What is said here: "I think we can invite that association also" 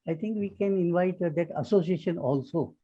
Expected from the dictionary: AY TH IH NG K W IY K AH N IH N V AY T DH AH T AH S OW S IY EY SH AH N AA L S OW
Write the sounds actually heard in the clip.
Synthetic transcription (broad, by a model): AY T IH NG K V IY K AH N IH N V AY T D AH T AH S OW S IY EY SH AH N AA L S OW